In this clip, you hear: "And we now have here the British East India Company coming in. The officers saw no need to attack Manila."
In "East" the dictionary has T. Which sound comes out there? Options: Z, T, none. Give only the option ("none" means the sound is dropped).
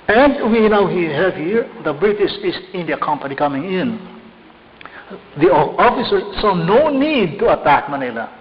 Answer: none